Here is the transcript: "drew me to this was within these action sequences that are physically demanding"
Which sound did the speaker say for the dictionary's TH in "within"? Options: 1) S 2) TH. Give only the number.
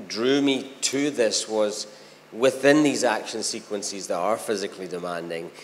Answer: 2